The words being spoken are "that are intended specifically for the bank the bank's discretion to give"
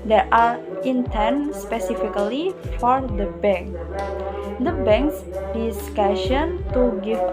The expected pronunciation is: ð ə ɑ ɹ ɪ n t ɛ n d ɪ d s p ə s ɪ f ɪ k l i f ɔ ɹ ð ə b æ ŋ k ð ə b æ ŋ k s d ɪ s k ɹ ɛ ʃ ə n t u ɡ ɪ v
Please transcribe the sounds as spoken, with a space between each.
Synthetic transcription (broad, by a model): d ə ɑ ɹ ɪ n t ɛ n s p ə s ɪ f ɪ k l i f ɔ ɹ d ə b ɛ ŋ k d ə b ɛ ŋ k s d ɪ s k ɑ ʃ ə n t u ɡ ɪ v